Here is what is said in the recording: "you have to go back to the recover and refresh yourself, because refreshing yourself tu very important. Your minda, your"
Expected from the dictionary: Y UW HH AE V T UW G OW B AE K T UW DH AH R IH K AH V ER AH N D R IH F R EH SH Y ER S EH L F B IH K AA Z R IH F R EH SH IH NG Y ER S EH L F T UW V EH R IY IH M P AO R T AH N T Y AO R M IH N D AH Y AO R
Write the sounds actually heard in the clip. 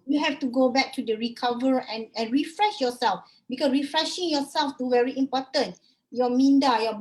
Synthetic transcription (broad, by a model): Y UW HH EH F T UW G OW B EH K T UW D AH R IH K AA V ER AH N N R IH F R EH SH Y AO S EH L F B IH K AA S R IH F R EH SH IH NG Y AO S EH L F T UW V EH R IY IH M P AO T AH N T Y AO M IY N D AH Y AO